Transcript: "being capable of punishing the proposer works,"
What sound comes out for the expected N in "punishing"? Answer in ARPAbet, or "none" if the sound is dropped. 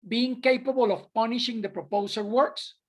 N